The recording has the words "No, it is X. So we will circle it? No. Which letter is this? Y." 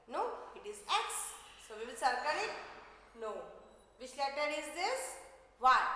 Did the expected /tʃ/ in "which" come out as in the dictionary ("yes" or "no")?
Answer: no